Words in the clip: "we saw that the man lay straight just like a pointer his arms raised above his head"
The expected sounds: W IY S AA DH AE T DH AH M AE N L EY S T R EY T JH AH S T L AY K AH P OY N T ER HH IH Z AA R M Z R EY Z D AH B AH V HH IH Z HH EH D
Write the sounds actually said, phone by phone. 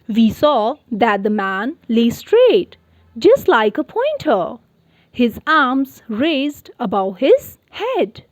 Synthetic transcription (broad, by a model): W IY S AA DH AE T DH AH M AE N L EY S T R EY T JH AH S T L AY K AH P OY N T ER HH IH Z AA R M Z R EY Z D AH B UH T HH IH Z HH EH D